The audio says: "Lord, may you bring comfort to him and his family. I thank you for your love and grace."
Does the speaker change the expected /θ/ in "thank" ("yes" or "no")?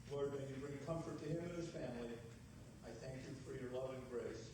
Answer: no